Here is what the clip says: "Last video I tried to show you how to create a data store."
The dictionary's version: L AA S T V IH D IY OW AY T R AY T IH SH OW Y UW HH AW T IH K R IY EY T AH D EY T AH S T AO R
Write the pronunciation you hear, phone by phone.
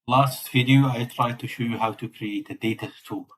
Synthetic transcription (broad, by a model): L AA S T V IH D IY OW AY T R AY T IH SH OW Y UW HH AW T IH K R IY EY T AH D EY T AH S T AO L